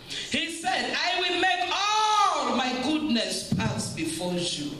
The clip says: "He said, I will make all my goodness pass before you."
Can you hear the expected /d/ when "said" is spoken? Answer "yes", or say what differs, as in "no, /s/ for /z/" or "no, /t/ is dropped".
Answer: yes